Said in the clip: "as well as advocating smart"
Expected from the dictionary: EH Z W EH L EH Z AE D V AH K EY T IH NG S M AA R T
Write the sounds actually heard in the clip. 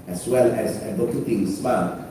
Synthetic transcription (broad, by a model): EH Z W EH L EH Z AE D AH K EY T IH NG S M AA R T